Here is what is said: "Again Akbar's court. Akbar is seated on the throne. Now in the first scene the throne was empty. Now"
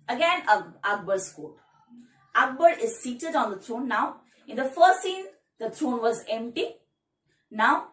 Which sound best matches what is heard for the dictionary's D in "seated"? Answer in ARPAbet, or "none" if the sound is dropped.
D